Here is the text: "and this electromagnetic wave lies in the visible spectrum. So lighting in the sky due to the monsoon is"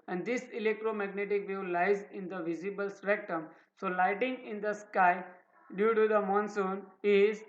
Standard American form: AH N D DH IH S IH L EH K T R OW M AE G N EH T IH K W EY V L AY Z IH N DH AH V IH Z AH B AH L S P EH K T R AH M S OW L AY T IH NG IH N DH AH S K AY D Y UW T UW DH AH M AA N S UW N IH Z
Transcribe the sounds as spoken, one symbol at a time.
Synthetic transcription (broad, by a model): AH N D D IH S IH L EH K T R OW M AE G N EH T IH K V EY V L AY Z IH N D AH V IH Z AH B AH L S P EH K T AH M S OW L AY T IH NG IH N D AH S K AY D Y UW T UW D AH M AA N S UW N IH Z